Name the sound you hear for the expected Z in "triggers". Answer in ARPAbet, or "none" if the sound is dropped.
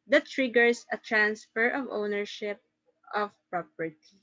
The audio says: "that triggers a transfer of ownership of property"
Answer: S